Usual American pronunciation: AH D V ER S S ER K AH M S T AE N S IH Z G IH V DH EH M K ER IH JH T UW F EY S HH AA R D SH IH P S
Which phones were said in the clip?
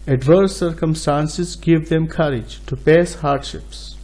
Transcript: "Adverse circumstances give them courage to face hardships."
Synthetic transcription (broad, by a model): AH D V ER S S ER K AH M S T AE N S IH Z G IH V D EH M K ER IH JH T UW P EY S HH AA R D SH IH P S